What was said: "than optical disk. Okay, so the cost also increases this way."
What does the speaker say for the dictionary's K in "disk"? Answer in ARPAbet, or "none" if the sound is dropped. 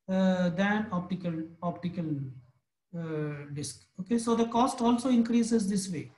K